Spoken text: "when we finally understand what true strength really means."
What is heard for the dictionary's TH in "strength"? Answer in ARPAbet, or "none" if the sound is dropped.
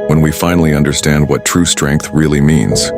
TH